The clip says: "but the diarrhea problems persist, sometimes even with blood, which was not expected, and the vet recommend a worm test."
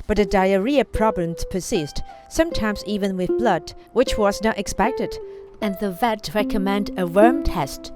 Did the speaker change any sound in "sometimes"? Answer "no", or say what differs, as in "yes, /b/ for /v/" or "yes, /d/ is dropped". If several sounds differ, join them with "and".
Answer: no